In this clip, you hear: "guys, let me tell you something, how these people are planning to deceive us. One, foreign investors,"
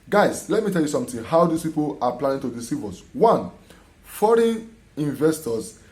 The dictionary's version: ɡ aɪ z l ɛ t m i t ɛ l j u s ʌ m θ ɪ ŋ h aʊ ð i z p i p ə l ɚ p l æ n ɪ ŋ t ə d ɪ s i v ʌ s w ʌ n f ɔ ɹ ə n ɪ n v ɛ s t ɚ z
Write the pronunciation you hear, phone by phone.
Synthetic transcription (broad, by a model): ɡ aɪ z l ɛ t m i t ɛ l j u s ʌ m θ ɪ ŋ h aʊ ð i s p i p ə l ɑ p l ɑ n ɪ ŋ t ə d ɪ s i v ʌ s w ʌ n f ɔ ɹ ə n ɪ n v ɛ s t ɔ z